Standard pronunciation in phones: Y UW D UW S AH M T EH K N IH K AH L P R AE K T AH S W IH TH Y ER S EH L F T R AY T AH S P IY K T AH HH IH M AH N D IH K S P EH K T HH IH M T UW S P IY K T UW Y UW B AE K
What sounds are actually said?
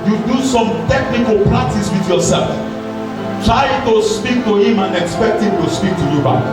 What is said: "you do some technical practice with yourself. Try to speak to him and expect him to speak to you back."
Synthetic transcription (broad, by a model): Y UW D UW S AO M T EH K N IH K AH L P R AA T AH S W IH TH Y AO S EH L F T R AY T AH S P IY K T AH HH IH M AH N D IH K S P EH K T HH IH M T UW S P IY K T UW Y UW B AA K